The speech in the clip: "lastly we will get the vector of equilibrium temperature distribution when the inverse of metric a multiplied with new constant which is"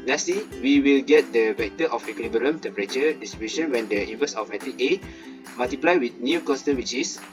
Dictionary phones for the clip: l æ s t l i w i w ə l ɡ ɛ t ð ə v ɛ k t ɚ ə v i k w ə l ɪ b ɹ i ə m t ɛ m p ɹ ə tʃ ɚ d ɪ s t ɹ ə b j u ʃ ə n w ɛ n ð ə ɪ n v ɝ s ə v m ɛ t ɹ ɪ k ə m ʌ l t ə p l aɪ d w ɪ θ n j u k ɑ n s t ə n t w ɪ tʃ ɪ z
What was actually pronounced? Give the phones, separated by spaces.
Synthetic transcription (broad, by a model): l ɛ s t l i w i w ə l ɡ ɛ t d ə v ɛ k t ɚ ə f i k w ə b i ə m t ɛ m p ɹ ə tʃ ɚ d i s t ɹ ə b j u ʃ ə n w ɛ n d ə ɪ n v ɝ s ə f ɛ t ɪ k ə m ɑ l t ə p l aɪ w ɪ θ n j u k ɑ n s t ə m w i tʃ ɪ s